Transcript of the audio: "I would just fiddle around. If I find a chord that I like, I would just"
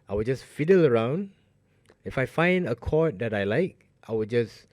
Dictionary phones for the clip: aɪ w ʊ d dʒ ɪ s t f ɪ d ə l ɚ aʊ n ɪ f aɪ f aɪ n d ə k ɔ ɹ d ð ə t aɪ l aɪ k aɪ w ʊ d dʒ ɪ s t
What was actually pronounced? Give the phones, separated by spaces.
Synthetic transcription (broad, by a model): aɪ w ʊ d dʒ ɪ s f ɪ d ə l ɚ aʊ n ɪ f aɪ f aɪ n d ə k ɔ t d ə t aɪ l aɪ k aɪ w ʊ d dʒ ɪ s